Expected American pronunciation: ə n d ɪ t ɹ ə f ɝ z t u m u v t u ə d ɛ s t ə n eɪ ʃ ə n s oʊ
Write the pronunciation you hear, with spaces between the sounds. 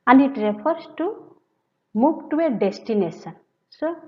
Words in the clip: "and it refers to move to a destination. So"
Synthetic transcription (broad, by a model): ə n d ɪ t ɹ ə p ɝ s t u m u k t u ə d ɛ s t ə n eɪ s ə n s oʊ